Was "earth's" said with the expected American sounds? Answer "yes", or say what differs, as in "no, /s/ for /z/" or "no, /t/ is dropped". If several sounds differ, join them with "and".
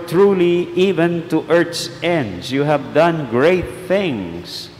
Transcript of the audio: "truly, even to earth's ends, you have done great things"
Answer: no, /t/ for /θ/